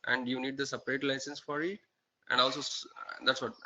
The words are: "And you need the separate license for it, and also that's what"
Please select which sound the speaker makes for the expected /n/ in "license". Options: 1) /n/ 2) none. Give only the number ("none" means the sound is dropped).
1